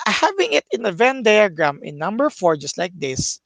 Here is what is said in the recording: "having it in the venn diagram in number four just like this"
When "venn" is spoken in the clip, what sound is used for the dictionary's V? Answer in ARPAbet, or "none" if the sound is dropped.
V